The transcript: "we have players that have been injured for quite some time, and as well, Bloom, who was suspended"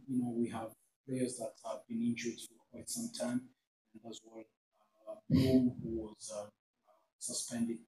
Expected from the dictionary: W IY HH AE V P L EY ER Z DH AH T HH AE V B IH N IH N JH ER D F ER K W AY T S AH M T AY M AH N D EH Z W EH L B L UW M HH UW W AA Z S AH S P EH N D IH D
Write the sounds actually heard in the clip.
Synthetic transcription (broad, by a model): W IY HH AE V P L EY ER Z DH AH T HH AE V B IH N IH N JH ER D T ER K W AY T S AH M T AY M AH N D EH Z W EH L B UW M HH UW W AA Z S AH S P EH N D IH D